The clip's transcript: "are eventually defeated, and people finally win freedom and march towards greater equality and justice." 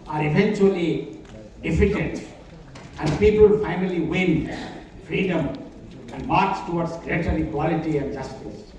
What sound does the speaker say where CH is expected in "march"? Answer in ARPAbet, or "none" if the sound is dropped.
S